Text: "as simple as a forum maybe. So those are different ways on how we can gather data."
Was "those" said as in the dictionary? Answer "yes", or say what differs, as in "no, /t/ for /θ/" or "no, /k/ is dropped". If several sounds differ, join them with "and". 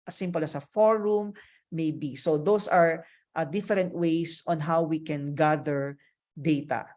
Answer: no, /s/ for /z/